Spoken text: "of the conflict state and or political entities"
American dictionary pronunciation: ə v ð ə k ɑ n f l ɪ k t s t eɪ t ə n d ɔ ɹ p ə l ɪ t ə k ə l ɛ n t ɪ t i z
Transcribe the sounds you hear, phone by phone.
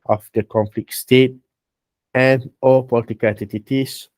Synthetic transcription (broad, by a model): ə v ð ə k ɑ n f l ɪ k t s t eɪ t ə n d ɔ l p ə l ɪ t ə k ə l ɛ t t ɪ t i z